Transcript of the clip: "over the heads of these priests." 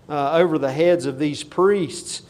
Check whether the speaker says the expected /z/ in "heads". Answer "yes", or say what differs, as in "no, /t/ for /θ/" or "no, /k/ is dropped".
yes